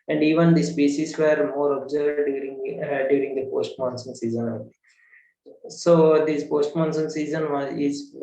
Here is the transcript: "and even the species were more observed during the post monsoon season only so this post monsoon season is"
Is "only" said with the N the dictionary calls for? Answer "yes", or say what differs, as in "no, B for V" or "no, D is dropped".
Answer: no, N is dropped